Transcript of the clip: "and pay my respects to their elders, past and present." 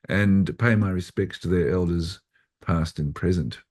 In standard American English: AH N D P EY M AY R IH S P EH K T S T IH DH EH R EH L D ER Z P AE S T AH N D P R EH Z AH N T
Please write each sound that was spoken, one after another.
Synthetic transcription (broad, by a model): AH N P EY M AY R IH S P EH K T S T IH DH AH R EH L D ER Z P AE S T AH N P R EH Z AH N T